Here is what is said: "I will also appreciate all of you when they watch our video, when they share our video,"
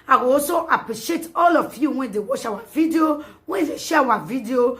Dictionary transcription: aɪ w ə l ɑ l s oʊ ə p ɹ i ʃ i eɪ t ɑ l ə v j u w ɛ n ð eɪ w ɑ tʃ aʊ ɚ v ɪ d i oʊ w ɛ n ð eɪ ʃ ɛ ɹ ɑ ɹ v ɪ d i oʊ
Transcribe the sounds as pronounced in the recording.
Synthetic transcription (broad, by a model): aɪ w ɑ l s oʊ ə p ɹ i ʃ i eɪ t ɑ l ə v j u w ɛ n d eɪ w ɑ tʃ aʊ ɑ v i d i oʊ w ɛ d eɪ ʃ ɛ w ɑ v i d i oʊ